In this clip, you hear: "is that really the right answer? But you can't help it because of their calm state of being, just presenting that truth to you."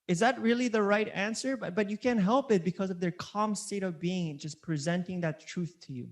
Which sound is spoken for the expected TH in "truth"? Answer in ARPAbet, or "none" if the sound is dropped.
TH